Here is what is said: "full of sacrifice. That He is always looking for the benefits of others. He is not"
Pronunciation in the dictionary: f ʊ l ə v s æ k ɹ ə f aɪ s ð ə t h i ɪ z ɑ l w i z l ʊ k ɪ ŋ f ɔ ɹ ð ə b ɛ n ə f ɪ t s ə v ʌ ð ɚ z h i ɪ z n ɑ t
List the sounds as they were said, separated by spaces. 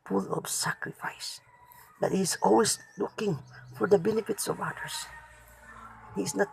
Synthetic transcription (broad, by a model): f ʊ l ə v s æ k ɹ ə f aɪ s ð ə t h i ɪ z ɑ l w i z l ʊ k ɪ ŋ f ɔ ɹ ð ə b ɛ n ə f ɪ t s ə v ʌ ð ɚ s h i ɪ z n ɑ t